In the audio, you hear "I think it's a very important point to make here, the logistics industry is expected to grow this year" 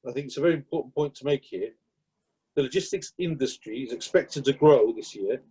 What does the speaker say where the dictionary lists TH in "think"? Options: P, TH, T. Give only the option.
TH